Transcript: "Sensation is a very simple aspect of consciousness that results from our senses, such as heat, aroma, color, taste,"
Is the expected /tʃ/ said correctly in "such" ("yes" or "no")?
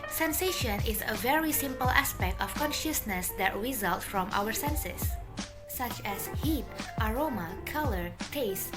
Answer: yes